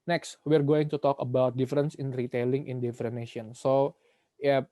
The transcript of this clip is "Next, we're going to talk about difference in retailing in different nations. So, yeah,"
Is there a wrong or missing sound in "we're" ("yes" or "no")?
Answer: no